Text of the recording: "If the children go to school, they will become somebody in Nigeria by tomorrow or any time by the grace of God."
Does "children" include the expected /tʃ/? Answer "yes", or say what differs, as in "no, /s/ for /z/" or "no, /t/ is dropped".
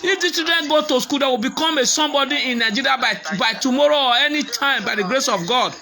no, /s/ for /tʃ/